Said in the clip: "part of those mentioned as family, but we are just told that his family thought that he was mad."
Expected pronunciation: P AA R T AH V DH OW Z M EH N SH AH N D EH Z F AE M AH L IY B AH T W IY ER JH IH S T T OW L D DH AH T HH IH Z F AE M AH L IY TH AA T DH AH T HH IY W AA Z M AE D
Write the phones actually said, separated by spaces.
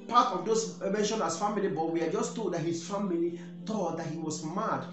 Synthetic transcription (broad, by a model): P AA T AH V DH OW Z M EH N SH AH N AA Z F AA M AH L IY B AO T W IY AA JH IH S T T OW D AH T HH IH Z F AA M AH L IY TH AA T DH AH T HH IY W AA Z M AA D